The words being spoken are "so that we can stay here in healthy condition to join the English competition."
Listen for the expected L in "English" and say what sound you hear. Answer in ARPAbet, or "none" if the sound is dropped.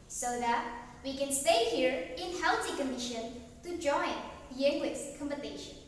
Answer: W